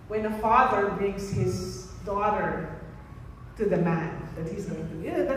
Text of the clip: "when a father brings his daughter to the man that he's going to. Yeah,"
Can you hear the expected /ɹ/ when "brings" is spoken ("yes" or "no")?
yes